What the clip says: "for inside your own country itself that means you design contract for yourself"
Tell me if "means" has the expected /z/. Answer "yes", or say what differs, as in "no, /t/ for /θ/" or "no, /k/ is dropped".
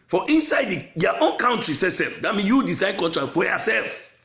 no, /s/ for /z/